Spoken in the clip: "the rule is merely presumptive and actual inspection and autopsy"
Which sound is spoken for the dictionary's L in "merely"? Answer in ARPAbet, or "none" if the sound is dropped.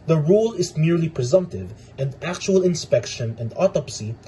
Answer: L